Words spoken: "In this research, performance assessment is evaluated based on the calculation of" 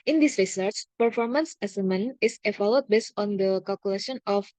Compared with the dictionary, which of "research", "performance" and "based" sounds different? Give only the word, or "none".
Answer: none